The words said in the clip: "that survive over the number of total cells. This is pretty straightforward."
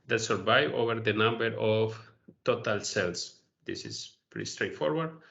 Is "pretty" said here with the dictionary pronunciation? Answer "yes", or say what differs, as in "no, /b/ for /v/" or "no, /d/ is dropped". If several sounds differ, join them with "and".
no, /ɹ/ is dropped